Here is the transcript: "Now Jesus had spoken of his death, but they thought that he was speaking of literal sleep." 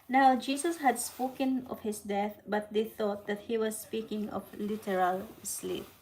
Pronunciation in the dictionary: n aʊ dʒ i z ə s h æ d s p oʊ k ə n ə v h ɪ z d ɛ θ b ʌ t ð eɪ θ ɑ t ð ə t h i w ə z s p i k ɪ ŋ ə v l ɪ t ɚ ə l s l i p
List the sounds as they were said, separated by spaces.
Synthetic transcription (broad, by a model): n aʊ dʒ i s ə s h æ d s p oʊ k ə n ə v h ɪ s d ɛ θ b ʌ t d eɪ θ ɑ t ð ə t h i w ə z s p i k ɪ ŋ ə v l ɪ t ɚ ə l s l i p